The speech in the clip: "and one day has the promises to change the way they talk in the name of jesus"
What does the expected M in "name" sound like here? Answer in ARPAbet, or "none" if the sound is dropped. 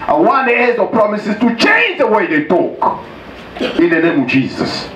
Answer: M